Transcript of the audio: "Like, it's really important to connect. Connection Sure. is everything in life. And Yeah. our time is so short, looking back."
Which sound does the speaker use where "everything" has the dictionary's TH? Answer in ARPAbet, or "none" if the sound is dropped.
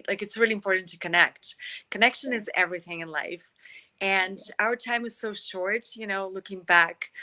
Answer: TH